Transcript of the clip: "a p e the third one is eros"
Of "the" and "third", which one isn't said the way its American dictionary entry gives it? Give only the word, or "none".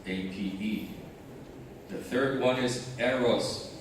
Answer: none